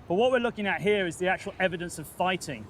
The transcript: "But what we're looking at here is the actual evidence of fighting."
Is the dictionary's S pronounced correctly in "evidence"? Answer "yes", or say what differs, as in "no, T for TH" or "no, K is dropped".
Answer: yes